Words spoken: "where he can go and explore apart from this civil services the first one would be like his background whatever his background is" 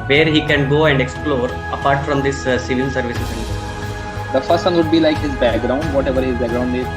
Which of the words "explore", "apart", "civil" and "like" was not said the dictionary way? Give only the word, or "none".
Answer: civil